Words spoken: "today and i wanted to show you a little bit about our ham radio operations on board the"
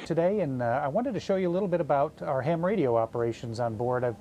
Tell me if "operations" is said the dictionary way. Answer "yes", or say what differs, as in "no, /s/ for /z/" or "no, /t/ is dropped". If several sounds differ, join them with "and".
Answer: yes